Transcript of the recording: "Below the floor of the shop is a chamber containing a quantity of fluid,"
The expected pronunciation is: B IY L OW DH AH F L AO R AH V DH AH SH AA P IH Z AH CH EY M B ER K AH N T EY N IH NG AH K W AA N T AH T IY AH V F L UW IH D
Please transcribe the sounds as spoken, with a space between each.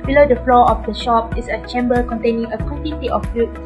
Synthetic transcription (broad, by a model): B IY L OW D AH F L AO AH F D AH SH AA P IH S AH CH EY M B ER K AH N T EY N IH NG AH K W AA N T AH T IY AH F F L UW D